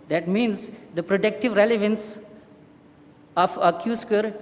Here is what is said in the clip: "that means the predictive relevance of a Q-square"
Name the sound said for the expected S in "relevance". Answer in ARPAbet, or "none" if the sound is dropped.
S